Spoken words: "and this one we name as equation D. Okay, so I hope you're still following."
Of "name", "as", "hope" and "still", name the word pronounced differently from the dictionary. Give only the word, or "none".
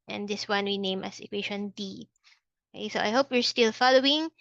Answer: as